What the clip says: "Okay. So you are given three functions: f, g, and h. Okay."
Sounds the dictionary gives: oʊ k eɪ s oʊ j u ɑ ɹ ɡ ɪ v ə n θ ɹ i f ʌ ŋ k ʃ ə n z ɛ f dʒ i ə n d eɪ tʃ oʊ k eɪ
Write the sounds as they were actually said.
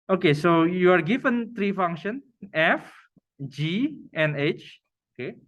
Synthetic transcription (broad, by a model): oʊ k eɪ s oʊ j u ɑ ɹ ɡ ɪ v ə n t ɹ i f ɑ ŋ k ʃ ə n ɛ f dʒ i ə n eɪ tʃ oʊ k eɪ